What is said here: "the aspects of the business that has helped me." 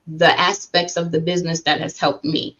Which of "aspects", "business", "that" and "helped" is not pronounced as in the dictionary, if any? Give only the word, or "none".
none